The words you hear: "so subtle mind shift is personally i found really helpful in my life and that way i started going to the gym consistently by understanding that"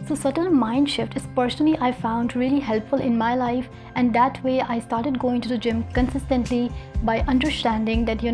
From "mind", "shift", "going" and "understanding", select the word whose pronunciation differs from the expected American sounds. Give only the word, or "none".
none